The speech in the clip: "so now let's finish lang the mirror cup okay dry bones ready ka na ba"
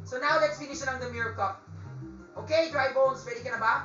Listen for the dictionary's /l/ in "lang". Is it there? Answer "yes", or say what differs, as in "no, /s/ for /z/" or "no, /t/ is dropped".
no, /n/ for /l/